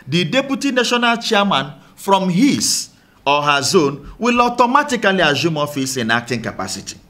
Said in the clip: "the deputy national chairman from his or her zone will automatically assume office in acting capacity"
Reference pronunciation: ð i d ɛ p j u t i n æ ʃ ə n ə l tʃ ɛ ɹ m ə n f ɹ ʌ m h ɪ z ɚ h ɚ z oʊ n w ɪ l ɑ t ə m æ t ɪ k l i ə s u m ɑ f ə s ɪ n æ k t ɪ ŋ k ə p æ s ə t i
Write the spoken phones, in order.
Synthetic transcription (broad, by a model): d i d ɛ p j u t i n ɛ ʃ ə n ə l tʃ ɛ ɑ m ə n f ɹ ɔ m h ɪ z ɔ h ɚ z oʊ n w ɪ l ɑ t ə m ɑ t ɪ k l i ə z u m ɑ f ə s ɪ n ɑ k t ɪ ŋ k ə p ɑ s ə t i